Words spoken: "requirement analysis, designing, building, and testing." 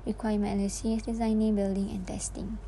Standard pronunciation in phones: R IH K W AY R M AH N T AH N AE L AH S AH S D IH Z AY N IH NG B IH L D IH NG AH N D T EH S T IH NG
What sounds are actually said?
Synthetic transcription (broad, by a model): R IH K W AY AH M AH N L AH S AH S D IH Z AY N IH NG B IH L D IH NG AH N T EH S T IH NG